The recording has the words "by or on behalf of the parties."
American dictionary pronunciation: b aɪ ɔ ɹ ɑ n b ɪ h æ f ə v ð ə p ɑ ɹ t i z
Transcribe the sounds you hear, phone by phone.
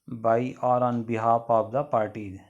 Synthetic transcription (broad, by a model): b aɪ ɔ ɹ ɑ n b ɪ h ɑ p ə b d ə p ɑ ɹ t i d